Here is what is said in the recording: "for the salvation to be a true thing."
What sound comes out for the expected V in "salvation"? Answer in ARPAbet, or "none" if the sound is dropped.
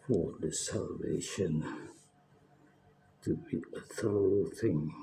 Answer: V